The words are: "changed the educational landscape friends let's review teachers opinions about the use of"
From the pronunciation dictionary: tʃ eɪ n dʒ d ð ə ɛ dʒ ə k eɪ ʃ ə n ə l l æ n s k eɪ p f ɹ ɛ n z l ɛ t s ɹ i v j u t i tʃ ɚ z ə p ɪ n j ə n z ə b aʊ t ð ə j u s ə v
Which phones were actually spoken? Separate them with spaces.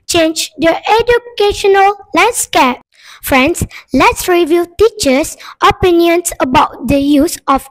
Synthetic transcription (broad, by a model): tʃ eɪ n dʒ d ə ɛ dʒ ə k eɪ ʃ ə n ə l l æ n s k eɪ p f ɹ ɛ n s l ɛ t s ɹ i v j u t i tʃ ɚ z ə p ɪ n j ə n s ə b aʊ t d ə j u s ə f